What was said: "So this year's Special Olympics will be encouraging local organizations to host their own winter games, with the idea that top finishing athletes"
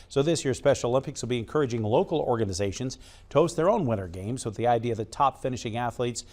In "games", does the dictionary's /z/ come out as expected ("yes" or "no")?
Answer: yes